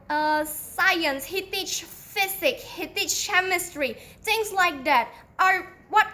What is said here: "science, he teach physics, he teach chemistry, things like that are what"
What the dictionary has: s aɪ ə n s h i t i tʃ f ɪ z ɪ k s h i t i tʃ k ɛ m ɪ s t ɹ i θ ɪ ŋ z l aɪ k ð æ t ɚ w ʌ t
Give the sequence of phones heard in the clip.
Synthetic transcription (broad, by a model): s aɪ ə n s h i t i tʃ f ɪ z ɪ k h i t i tʃ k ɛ m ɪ s t ɹ i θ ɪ ŋ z l aɪ k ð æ t ɚ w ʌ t